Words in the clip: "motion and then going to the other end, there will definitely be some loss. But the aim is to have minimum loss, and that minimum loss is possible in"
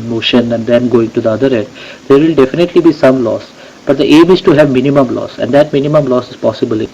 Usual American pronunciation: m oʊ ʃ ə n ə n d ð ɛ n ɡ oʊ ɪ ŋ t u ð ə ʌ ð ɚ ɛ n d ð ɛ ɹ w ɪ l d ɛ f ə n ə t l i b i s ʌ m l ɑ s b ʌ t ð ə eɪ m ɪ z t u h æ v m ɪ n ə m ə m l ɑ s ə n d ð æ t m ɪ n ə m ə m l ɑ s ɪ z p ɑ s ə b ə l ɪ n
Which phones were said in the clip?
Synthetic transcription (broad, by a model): m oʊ ʃ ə n ə n d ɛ n ɡ oʊ ɪ ŋ t u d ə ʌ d ɚ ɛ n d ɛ ɹ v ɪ l d ɛ f ə n ə t l i b i s ʌ m l ɑ s b ʌ t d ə eɪ m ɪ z t u h æ v m ɪ n ə m ə m l ɑ s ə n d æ t m ɪ n ə m ə m l ɑ s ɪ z p ɑ s ə b ə l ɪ